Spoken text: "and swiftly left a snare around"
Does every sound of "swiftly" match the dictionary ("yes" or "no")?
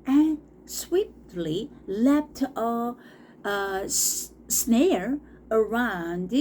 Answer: no